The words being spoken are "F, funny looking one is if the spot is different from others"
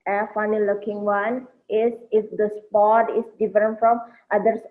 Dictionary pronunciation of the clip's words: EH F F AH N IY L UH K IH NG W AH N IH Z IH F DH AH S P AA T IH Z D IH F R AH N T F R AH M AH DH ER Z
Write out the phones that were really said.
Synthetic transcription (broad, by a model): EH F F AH N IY L UH K IH NG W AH N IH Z IH F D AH S P AA T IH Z D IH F R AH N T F R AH M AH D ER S